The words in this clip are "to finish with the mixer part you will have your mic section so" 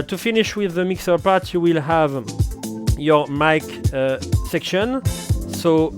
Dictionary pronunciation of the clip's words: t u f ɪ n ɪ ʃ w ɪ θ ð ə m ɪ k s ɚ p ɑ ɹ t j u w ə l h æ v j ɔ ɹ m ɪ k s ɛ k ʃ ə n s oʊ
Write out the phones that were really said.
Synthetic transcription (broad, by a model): t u f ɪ n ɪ ʃ w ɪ ð ə m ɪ k s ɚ p ɑ ɹ t j u w ə l h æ v j ɔ ɹ m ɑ k s ɛ k ʃ ə n s oʊ